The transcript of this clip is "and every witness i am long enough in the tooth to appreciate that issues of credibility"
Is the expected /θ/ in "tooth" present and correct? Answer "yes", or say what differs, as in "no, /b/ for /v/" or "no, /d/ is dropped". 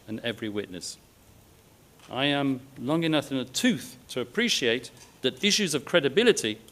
yes